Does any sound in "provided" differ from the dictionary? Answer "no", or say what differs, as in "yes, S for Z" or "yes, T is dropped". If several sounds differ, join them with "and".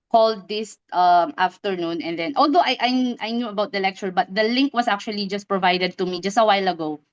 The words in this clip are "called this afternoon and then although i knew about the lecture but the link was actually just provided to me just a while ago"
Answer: no